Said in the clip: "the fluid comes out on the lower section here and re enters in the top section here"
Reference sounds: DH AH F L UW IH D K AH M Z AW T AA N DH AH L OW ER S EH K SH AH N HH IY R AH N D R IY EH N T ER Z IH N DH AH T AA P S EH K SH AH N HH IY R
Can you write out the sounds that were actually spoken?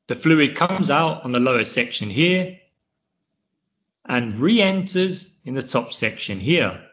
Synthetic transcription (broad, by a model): DH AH F L UW IH D K AH M Z AW T N DH AH L OW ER S EH K SH AH N HH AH R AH N R IY EH N T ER Z IH N DH AH T AA P S EH K SH AH N HH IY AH